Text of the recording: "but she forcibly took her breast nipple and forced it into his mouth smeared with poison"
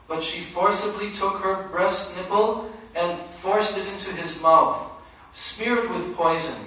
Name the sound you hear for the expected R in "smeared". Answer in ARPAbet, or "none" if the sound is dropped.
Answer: R